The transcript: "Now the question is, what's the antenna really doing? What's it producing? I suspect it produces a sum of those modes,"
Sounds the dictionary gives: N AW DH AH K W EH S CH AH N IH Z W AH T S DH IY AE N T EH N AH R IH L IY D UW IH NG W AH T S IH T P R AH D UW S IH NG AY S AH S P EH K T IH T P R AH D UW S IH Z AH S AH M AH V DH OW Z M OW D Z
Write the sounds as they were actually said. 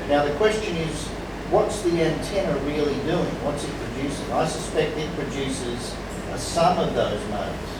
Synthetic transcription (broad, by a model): N AW DH AH K W EH S CH AH N IH Z W AH T S DH IY AE N T EH N AH R IH L IY D UW IH NG W AH T S IH T P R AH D UW S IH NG AY S AH S P EH K T IH T P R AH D UW S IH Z AH S AH M AH V DH OW Z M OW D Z